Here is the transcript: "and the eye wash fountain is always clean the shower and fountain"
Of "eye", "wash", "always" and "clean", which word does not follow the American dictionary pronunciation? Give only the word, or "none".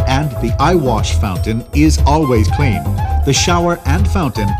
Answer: none